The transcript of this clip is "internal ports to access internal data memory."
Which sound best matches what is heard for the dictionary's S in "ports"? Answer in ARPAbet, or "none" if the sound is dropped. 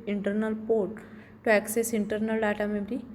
none